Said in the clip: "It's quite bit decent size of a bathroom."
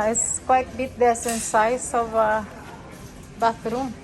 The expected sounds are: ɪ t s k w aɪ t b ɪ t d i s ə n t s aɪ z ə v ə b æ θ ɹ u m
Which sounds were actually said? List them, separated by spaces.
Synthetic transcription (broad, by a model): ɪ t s k w aɪ t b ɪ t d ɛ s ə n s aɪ s ə v ə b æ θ ɹ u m